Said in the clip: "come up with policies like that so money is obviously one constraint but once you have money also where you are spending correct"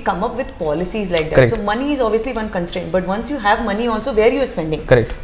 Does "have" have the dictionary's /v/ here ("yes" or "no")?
yes